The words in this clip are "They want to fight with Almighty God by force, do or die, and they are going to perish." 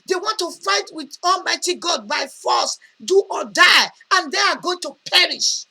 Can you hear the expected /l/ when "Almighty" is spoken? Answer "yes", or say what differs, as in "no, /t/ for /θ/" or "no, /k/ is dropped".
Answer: yes